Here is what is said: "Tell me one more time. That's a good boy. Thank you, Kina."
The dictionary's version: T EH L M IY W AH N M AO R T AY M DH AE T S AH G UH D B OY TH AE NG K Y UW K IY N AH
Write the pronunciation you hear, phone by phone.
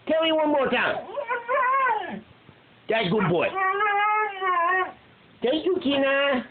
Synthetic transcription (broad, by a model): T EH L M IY W AH N M AO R T AY M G AH G UH D B OY T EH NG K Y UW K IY N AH